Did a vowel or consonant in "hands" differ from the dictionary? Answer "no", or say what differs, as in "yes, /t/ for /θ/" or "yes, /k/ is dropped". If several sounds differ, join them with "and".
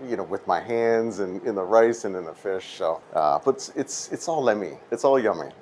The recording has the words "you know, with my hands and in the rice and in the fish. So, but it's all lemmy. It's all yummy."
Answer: no